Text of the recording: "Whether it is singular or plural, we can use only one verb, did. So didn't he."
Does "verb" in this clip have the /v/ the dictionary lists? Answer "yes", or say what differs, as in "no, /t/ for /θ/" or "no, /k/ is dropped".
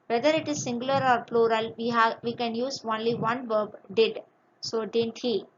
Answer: yes